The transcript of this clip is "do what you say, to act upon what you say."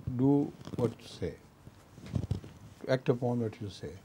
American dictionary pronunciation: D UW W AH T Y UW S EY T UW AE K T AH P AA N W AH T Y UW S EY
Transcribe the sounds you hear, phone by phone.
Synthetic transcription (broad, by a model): D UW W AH T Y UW S EY T UW AE K T AH P AA N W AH T Y UW S EY